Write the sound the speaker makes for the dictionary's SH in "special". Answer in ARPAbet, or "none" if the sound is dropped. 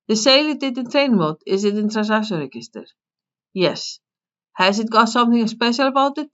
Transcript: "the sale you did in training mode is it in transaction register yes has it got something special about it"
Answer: SH